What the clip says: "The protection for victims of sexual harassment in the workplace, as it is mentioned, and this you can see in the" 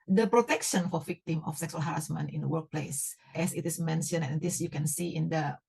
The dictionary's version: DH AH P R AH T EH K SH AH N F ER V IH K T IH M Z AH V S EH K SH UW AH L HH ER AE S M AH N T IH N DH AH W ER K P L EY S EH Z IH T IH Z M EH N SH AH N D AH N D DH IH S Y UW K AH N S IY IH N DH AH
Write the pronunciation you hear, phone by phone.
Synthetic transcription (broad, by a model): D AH P R AH T EH K SH AH N F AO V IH K T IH M AH F S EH K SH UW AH L HH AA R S M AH N IH N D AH W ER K P L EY S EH S IH T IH S M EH N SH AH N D AH N D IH S Y UW K AH N S IY IH N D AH